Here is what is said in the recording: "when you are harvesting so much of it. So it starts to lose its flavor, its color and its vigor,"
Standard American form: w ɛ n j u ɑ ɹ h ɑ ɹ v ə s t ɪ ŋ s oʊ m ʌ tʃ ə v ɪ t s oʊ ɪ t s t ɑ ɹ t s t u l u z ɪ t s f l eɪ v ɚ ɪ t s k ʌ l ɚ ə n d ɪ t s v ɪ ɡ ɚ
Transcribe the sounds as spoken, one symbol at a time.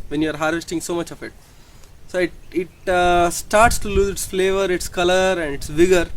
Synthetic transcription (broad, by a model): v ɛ n j u ɑ ɹ h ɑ ɹ v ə s t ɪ ŋ s oʊ m ʌ tʃ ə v ɪ t s oʊ ɪ t s t ɑ ɹ t s t u l u z ɪ t s f l eɪ v ɚ ɪ t s k ʌ l ɚ ə n d ɪ t s v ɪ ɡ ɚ